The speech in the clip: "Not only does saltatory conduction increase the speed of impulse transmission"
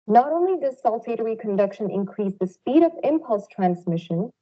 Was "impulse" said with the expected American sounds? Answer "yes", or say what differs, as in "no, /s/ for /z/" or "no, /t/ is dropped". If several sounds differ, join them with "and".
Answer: yes